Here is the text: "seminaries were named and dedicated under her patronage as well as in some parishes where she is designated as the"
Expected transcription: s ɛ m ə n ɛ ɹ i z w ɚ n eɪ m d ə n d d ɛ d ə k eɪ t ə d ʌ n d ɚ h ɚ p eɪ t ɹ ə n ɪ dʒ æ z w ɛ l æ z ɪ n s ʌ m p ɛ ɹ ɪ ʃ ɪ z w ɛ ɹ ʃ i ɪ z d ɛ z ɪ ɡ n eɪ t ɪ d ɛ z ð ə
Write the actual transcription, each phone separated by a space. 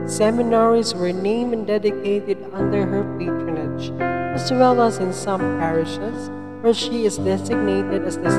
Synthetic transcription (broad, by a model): s ɛ m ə n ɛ ɹ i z w ɚ n eɪ m ə n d d ɛ d ə k eɪ t ə d ʌ n d ɚ h ɚ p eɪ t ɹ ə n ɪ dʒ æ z w ɛ l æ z ɪ n s ʌ m p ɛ ɹ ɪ ʃ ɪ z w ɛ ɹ ʃ i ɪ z d ɛ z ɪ ɡ n eɪ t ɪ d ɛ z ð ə